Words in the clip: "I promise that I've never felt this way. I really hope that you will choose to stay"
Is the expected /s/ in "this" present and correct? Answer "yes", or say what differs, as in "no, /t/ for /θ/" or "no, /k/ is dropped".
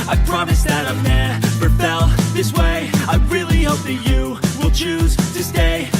yes